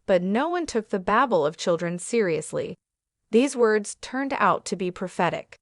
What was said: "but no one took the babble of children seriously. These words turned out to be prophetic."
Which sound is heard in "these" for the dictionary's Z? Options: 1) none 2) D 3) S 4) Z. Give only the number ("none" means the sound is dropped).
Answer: 4